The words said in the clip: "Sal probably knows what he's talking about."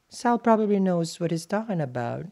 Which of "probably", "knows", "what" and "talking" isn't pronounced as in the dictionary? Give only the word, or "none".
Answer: talking